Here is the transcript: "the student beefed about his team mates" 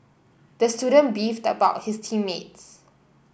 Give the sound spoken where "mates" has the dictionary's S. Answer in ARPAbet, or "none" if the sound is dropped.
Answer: S